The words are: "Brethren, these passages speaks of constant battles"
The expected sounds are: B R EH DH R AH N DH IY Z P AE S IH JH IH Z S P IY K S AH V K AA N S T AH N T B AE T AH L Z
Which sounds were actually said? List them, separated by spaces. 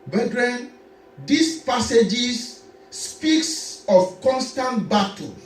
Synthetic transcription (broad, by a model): B R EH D R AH N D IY S P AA S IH JH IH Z S P IY K S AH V K AA N S T AH N T B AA T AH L